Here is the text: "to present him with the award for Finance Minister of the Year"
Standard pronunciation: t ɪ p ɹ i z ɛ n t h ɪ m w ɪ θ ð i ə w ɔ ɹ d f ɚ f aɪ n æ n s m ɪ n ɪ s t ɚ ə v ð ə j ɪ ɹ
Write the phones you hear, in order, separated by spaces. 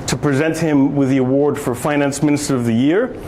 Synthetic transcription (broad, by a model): t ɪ p ɹ i z ɛ n t h ɪ m w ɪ ð i ə w ɔ ɹ d f ɚ f aɪ n æ n s m ɪ n ɪ s t ɚ ə v ð ə j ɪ ɹ